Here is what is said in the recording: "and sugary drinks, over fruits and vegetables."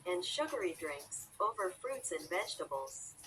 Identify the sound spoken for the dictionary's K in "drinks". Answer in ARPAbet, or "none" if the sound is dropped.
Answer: K